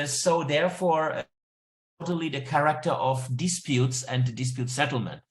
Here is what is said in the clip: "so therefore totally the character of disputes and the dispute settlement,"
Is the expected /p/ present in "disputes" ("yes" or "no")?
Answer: yes